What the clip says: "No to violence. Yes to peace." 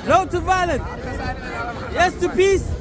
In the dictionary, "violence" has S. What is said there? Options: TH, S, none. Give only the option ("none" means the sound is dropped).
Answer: none